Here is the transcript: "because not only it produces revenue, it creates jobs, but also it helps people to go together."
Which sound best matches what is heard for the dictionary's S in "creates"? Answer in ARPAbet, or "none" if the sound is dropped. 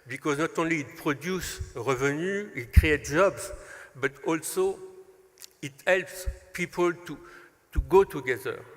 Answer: none